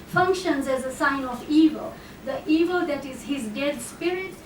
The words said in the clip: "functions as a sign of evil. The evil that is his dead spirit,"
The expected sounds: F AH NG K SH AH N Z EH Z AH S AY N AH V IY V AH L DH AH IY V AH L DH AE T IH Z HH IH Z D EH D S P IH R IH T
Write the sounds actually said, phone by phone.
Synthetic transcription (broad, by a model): F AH NG K SH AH N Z EH Z AH S AY N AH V IY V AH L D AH IY V AH L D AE T IH Z HH IH Z D EH D S P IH R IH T